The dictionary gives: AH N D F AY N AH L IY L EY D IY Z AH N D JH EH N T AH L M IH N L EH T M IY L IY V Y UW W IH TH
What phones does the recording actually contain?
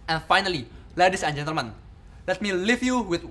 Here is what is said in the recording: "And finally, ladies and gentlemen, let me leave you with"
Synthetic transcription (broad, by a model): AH N F AY N AH L IY L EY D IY S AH N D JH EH N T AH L M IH N L EH T M IY L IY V Y UW W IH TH